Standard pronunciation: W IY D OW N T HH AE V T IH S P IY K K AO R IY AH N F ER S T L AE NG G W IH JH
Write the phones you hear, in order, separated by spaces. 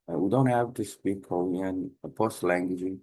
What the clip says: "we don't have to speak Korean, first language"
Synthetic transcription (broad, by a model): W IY D OW N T HH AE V T IH S P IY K K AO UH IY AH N P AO S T L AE NG G W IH JH